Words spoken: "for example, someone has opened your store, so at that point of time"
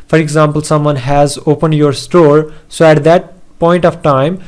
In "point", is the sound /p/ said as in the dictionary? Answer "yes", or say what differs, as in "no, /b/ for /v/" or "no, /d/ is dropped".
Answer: yes